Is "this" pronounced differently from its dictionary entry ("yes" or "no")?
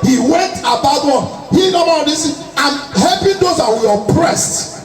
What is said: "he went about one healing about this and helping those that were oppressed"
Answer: yes